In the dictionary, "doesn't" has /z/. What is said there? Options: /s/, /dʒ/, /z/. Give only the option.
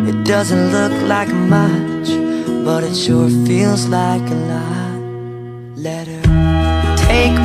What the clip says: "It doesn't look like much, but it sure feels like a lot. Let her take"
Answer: /z/